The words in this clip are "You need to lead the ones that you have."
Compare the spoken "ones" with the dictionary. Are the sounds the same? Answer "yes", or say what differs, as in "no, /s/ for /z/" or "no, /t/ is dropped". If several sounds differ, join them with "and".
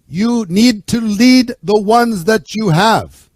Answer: yes